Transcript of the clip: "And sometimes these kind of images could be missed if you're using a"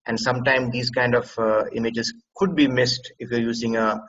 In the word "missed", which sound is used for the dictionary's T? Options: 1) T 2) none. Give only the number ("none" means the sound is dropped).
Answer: 1